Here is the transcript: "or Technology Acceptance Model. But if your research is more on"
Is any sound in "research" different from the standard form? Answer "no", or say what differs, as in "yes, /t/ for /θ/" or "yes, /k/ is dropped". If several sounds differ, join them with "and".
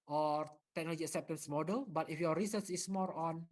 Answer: yes, /s/ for /tʃ/